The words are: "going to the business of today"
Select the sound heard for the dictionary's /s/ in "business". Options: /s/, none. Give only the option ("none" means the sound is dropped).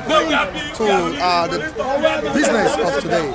/s/